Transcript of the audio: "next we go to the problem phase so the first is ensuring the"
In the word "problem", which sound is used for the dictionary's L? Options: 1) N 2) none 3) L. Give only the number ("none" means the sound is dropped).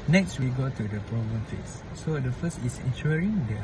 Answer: 2